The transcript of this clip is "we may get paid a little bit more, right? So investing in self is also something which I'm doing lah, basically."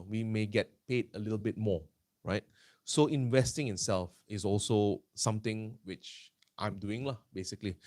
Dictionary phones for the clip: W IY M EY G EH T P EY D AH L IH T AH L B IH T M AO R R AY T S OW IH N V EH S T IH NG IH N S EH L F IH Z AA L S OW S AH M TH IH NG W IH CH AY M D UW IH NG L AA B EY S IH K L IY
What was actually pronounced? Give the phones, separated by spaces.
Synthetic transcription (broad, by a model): W IY M EY G EH T P EY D AH L IH T AH L B IH T M AO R R AY T S OW IH N V EH S T IH NG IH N S EH L F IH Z AA L S OW S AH M T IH NG W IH CH AY M D UW IH NG L AA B EY S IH K L IY